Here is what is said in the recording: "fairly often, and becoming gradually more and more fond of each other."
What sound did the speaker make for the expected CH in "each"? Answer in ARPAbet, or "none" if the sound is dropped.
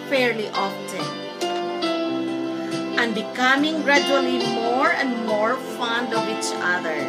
CH